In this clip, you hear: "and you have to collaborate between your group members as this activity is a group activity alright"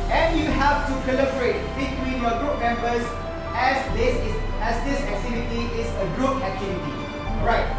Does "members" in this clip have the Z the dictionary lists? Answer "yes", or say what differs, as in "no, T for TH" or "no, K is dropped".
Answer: no, S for Z